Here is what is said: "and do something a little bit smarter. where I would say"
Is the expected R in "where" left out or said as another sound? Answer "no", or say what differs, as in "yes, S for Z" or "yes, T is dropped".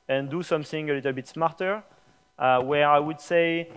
no